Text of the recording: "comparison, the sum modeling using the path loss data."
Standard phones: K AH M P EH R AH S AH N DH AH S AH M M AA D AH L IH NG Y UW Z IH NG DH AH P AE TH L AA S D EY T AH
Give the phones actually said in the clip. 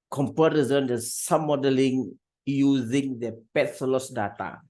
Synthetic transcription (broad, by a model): K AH M P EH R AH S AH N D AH S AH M M AA D AH L IH NG Y UW Z IH NG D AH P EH S L AA S D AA T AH